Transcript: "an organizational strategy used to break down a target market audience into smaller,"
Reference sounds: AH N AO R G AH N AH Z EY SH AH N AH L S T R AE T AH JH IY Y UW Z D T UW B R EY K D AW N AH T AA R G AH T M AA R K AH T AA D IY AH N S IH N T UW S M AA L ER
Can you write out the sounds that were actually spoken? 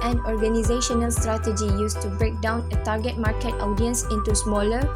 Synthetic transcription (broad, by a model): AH N AO R G AH N AH Z EY SH AH N AH L S T R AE T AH JH IY Y UW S T UW B R EY K D AW N AH T AA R G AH T M AA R K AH T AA D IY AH N S IH N T UW S M AA L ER